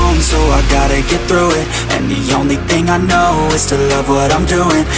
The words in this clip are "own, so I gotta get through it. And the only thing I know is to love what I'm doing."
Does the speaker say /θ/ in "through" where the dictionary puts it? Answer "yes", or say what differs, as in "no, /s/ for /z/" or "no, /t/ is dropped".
yes